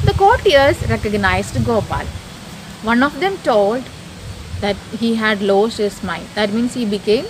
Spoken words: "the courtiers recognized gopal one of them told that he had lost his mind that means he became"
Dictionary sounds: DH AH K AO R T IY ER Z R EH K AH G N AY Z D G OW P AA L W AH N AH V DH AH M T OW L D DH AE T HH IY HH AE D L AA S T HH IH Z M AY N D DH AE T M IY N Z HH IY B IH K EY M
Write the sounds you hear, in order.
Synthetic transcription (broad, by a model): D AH K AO R T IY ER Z R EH K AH G N AY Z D G OW P AA L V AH N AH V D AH M T OW L D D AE T HH IY HH AE D L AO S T HH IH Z M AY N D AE T M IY N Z HH IY B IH K EY M